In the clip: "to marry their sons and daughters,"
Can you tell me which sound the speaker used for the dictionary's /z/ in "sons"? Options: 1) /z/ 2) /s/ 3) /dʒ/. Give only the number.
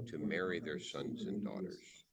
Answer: 1